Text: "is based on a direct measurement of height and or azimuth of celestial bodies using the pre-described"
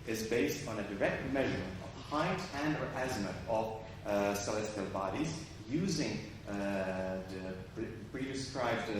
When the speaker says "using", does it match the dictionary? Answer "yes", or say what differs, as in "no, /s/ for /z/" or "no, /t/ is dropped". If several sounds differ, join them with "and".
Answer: yes